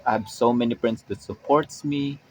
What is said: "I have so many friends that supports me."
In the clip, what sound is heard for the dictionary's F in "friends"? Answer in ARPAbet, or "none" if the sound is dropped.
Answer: P